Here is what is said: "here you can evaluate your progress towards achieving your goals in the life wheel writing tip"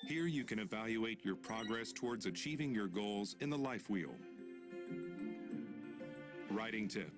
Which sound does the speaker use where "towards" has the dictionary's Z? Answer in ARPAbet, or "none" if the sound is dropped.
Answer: Z